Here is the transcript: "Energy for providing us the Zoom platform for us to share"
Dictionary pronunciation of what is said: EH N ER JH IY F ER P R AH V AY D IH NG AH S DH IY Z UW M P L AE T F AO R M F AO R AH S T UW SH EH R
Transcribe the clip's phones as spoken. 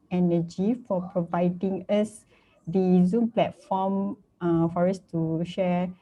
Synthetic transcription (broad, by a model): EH N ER JH IY F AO P R AH V AY D IH NG AH S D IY Z UW M P L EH T F AO M F AO R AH S T UW SH EH